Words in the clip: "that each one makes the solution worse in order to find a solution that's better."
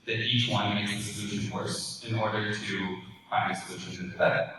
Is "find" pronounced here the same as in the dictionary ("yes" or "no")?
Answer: no